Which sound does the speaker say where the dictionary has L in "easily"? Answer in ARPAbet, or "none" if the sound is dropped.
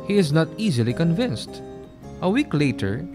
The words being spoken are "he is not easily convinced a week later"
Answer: L